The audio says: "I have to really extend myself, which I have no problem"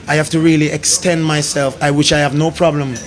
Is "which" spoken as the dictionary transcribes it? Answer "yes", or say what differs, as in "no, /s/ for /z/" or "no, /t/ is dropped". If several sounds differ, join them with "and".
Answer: no, /ʃ/ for /tʃ/